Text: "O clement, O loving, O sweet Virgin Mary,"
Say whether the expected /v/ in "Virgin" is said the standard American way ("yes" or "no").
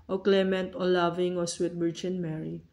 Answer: no